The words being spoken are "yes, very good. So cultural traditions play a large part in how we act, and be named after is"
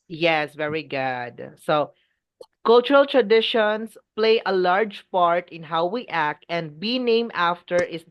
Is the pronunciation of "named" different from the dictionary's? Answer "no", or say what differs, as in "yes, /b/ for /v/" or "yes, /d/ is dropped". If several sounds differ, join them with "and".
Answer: yes, /d/ is dropped